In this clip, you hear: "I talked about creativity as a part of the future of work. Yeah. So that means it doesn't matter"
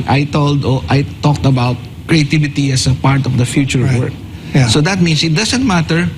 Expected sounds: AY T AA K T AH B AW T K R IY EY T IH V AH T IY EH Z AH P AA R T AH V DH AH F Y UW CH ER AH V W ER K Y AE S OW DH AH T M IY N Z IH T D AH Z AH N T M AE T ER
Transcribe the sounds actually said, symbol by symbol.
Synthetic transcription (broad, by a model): AY T AA K T AH B AW T K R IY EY T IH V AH T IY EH S AH P AA R T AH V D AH F Y UW CH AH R W ER K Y S OW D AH T M IY N S IH T D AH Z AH N T M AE T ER